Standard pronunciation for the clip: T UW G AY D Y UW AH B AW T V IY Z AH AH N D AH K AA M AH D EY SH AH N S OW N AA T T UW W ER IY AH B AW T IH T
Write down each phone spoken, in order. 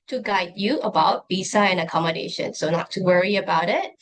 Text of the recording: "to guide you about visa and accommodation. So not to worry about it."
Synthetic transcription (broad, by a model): T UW G AY D Y UW AH B AW T B IY S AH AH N AH K AA M AH D EY SH AH N S OW N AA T T UW W ER IY AH B AW T IH T